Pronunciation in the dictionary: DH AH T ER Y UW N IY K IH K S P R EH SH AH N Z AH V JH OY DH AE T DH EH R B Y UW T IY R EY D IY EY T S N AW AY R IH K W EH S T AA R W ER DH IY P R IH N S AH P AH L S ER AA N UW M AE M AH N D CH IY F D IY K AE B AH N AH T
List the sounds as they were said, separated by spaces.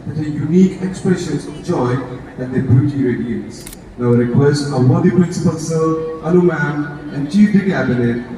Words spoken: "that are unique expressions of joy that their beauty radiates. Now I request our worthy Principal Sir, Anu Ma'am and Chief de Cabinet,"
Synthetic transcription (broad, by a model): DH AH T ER Y UW N IY K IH K S P R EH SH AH N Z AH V JH OY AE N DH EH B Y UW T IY R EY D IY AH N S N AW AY R IH K W EH S T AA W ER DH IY P R IH N S AH P AH L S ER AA L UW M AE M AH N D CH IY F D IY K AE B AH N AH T